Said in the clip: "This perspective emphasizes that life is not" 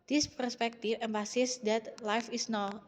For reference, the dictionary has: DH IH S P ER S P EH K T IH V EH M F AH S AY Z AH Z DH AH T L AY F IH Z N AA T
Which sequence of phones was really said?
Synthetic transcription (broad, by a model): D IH S P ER S P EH K T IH F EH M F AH S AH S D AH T L AY F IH S N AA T